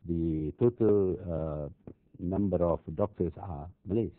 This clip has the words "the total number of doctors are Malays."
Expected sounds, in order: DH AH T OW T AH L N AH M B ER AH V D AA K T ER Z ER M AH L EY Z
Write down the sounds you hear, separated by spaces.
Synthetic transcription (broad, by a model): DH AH T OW T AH L N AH M B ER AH F D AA K T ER S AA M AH L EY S